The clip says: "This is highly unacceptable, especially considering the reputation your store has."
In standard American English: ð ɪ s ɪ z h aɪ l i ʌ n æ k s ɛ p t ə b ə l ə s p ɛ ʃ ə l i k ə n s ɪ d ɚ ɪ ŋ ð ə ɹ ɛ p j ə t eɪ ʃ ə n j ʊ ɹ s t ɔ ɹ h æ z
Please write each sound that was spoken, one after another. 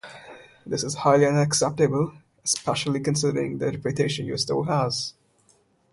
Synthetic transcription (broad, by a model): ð ɪ s ɪ z h aɪ l i ʌ n æ k s ɛ p t ə b ə l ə s p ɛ ʃ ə l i k ə n s ɪ d ɚ ɪ ŋ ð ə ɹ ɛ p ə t eɪ ʃ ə n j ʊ s t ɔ l h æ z